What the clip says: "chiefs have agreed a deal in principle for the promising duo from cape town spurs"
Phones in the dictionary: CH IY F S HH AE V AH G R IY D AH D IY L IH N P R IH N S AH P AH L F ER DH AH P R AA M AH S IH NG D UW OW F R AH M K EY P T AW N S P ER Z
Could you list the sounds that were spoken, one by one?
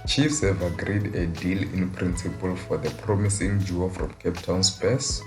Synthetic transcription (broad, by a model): CH IY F S HH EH V AH G R IY D AH D IY L IH N P R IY N S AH P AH L F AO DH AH P R AA M AH S IH NG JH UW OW F R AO M K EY P T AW N S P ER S